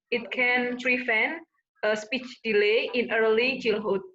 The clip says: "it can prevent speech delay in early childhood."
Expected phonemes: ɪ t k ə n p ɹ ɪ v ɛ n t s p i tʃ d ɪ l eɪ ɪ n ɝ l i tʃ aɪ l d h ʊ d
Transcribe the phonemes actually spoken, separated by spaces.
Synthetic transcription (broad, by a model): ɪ t k ə n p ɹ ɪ f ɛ n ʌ s p i tʃ d ɪ l eɪ ɪ n ɝ l i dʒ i l h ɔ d